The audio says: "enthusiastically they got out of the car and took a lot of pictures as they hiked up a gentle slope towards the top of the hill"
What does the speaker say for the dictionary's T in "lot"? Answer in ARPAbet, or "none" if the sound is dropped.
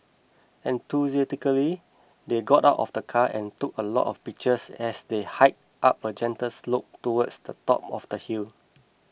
T